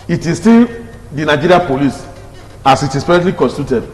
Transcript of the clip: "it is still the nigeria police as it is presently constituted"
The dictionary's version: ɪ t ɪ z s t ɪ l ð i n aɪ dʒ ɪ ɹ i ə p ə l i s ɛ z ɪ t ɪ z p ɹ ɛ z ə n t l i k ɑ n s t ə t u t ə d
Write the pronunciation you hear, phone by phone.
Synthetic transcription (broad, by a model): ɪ t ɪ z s t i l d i n aɪ dʒ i ɹ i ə p ə l i s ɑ s ɪ t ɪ s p ɛ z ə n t l i k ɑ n s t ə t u t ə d